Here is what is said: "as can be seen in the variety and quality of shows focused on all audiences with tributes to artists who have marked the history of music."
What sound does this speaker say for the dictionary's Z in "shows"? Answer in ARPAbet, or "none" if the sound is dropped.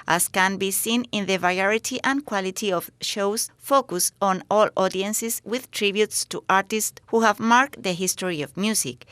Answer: S